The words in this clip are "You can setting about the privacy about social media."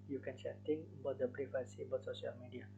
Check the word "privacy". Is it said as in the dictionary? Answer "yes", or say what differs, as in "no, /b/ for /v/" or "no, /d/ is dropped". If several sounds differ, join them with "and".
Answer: no, /b/ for /p/